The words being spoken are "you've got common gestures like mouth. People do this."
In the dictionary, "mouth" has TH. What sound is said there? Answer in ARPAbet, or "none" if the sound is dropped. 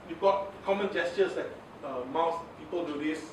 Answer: S